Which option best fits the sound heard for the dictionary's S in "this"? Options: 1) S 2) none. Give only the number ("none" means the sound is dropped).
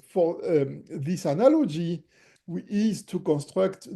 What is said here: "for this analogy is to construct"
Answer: 1